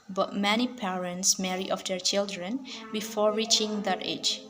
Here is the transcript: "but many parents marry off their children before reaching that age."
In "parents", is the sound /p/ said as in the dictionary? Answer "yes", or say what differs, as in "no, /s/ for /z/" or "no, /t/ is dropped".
yes